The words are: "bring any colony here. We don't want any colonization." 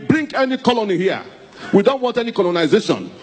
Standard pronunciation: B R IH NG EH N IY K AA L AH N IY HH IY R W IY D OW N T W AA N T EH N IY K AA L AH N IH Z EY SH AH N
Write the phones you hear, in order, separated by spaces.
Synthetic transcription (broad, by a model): B R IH NG EH N IY K AA L AH N IY HH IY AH W IY D OW N T W AA N T EH N IY K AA L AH N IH Z EY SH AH N